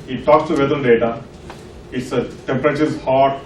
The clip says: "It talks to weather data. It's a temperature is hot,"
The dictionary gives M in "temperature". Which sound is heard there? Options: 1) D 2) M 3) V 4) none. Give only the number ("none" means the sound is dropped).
2